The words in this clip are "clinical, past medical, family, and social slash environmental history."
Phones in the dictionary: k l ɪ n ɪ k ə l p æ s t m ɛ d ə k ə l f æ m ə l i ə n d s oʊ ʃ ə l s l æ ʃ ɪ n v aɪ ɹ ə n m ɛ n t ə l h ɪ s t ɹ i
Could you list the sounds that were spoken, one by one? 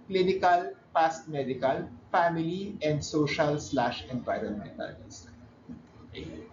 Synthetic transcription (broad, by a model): k l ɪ n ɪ k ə l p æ s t m ɛ d ə k ə l f æ m ə l i ə n d s oʊ ʃ ə l s l æ ʃ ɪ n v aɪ ɹ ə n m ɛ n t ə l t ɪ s